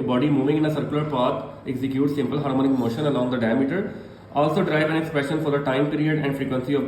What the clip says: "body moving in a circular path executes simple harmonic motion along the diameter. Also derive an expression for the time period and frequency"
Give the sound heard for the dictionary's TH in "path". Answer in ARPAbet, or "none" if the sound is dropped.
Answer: T